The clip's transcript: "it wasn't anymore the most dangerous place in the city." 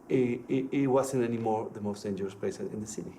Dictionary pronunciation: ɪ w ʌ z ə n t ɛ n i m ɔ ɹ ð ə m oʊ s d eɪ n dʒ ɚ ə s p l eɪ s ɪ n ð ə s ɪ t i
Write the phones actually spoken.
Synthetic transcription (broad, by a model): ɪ w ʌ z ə n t ɛ n i m ɔ ɹ ð ə m oʊ s d eɪ n dʒ ɚ ə s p eɪ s ɪ n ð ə s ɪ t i